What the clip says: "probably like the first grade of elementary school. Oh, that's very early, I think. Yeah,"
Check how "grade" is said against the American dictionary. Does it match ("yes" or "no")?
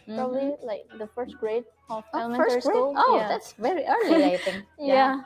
no